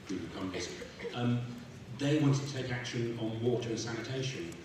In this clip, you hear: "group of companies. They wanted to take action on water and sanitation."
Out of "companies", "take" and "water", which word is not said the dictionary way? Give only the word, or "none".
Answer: companies